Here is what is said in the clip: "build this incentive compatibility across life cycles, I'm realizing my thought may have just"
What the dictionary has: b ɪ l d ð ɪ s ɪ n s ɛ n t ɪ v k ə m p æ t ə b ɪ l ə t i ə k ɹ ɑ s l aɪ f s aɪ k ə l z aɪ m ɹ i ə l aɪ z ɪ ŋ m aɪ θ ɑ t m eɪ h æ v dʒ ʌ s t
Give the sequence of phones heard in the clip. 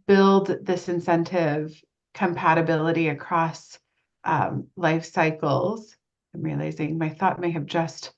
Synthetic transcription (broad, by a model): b ɪ l d ð ɪ s ɪ n s ɛ n t ɪ v k ə m p æ t ə b ɪ l ə t i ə k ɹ ɑ s l aɪ f s aɪ k l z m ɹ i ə l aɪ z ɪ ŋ m aɪ θ ɑ t m eɪ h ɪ v dʒ ʌ s t